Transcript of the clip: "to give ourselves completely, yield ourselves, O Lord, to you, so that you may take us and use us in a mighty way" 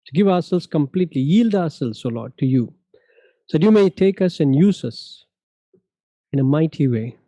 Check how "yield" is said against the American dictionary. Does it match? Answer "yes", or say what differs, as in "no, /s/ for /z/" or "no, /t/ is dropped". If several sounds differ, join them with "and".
yes